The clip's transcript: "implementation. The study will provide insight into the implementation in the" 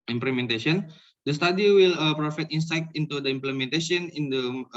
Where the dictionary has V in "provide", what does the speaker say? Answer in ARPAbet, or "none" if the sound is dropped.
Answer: F